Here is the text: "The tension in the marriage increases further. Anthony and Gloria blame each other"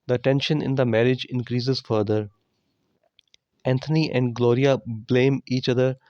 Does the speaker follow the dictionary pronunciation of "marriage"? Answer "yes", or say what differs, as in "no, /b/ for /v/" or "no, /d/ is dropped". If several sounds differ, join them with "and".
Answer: yes